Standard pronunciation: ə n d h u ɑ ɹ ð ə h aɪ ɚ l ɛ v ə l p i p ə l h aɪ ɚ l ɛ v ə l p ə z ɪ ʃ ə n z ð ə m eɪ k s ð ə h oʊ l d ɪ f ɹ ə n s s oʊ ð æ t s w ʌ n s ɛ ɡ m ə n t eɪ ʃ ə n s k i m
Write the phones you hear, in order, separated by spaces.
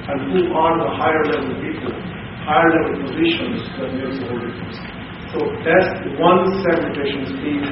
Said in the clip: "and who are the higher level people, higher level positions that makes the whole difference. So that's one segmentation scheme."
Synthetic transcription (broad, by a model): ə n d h u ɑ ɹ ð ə h aɪ ɚ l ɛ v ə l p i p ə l h aɪ ɚ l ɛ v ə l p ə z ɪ ʃ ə n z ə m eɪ s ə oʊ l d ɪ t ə s s oʊ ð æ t s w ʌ n s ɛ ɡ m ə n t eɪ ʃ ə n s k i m